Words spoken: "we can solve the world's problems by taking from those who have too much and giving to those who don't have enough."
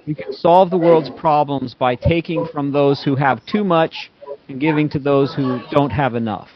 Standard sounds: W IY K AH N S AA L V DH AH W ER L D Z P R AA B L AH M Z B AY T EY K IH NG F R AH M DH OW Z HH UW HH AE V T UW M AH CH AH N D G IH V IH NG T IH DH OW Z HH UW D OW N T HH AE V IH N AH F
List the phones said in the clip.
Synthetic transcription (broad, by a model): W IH K AH N S AA L V DH AH W ER L D Z P R AA B L AH M Z B AY T EY K IH NG F R AH M DH OW Z HH UW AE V T UW M AH CH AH N G IH V IH NG T IH DH OW Z HH UW D OW N T HH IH V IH N AH F